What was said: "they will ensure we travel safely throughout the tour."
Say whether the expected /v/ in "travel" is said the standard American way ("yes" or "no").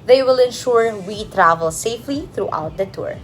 yes